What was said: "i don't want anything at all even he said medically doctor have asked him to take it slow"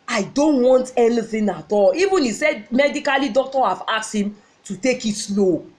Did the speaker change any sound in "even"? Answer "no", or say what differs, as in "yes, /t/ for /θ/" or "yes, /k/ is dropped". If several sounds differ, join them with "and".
no